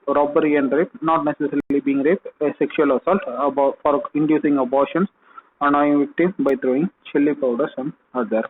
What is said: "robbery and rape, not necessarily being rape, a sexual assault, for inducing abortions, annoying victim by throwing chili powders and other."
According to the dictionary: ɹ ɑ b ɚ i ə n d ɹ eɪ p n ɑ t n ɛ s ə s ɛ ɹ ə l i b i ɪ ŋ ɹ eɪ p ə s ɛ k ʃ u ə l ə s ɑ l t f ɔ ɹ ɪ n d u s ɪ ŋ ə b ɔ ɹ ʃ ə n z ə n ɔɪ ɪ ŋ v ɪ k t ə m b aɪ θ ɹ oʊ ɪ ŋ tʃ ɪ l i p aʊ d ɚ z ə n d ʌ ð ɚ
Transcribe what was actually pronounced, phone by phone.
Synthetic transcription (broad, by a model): ɹ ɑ b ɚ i ə n d ɹ eɪ p n ɑ t n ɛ s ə s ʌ ɹ l i b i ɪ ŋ ɹ eɪ p ə s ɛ k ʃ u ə l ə s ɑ l t f ɔ ɹ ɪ n d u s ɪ ŋ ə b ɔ ɹ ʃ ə n s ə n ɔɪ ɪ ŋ v ɪ k t ə m b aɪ t ɹ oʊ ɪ ŋ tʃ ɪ l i p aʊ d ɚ s ə n d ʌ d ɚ